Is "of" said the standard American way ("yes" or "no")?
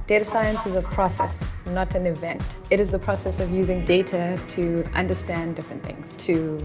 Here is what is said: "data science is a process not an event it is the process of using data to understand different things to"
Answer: yes